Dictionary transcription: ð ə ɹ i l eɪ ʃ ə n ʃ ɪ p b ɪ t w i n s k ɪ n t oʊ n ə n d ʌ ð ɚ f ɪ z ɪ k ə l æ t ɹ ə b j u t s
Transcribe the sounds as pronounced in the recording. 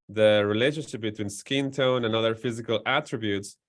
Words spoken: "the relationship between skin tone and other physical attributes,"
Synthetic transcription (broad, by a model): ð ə ɹ i l eɪ ʃ ə n ʃ ɪ p b ɪ t w i n s k ɪ n t oʊ n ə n ʌ ð ɚ f ɪ z ɪ k ə l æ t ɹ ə b j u t s